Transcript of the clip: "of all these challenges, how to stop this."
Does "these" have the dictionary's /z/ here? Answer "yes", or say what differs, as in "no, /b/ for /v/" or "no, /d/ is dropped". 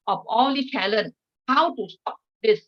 no, /z/ is dropped